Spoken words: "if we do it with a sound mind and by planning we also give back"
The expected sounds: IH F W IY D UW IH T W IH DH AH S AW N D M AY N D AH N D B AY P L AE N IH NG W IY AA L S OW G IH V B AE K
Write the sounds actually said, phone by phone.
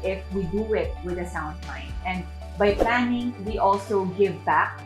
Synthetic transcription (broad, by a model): IH F W IY D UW IH T W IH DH AH S AW N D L AY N AH N D B AY P L AE N IH NG W IY AA L S OW G IH V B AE K